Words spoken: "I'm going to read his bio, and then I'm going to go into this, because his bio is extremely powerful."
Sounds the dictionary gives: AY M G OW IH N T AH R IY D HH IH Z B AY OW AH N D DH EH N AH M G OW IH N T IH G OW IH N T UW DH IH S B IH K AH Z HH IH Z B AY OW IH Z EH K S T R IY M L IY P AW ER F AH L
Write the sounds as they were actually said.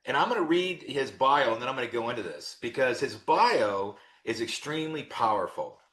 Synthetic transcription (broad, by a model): AY M G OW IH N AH R IY D HH IH Z B AY OW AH N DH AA AH M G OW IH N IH G OW IH N T UW DH IH S B IH K AH Z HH IH Z B AY OW IH Z EH K S T R IY M L IY P AW ER F L